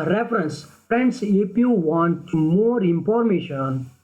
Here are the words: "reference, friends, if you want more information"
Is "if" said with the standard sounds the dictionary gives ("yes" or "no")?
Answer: no